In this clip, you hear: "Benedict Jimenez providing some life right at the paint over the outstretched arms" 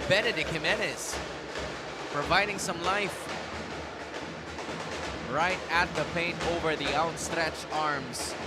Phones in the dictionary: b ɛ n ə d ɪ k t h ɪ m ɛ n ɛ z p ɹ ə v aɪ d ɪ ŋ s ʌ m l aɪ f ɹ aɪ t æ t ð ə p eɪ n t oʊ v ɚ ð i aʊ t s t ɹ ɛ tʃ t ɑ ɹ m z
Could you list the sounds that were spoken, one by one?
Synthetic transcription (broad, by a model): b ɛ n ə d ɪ k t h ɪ m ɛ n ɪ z p ɹ ə v aɪ d ɪ ŋ s ʌ m l aɪ f ɹ aɪ t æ t ð ə p eɪ n t oʊ v ɚ ð i aʊ t s t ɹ ɛ tʃ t ɑ ɹ m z